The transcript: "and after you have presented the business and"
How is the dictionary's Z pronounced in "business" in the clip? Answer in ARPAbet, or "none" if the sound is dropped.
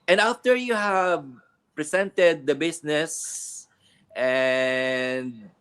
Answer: S